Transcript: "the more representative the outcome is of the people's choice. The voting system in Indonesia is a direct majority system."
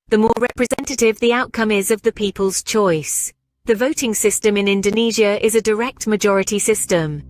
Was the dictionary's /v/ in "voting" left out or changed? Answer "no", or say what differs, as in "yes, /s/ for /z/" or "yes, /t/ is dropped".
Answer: no